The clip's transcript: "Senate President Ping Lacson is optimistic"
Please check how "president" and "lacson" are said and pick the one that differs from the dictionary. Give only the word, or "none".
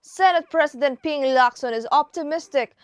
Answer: president